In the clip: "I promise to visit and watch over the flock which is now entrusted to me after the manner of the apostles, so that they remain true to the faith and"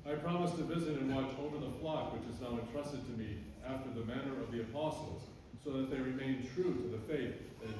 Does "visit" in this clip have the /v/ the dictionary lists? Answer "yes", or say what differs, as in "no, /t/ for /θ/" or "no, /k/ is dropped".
yes